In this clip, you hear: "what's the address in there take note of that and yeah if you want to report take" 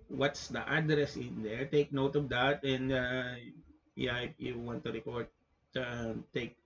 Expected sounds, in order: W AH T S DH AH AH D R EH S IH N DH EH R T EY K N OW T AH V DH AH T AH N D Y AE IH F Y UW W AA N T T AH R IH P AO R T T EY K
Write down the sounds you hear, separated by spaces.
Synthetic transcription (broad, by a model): W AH T S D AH AH D R EH S IH N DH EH R T EY K N OW T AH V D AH T AH N D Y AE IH P Y UW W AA N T T AH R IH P AO R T T EY K